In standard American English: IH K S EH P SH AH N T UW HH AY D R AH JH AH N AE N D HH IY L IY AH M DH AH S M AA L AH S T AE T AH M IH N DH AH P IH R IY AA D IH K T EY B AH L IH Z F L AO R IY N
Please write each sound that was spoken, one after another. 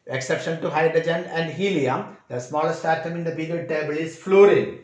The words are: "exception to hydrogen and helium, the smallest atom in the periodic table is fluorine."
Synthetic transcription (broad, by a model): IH K S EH P SH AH N T UW HH AY D R AH JH AH N AE N D HH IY L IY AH M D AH S M AA L AH S T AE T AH M IH N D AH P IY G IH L T EY B AH L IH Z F L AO R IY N